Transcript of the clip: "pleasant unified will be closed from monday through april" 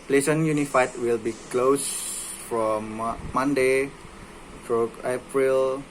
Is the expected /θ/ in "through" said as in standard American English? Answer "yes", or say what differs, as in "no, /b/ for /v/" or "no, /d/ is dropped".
no, /t/ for /θ/